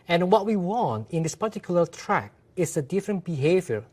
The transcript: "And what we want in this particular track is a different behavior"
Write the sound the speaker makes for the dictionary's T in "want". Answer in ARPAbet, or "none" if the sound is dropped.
T